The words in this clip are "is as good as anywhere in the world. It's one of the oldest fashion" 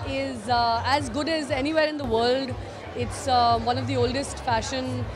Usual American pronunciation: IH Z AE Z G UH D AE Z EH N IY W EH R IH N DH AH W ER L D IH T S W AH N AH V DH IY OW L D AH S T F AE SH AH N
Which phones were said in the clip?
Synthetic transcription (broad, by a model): IH Z AE Z G UH D AE Z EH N IY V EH R IH N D AH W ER L D IH T S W AH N AH V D IY OW L D AH S T F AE SH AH N